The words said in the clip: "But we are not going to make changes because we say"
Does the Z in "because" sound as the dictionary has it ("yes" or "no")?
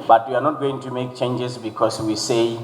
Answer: no